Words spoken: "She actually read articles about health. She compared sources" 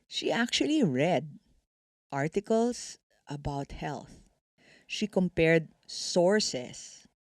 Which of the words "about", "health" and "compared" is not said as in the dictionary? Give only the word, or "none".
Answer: none